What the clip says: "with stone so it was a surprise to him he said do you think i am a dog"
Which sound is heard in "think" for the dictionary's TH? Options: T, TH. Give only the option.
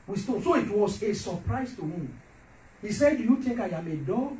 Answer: T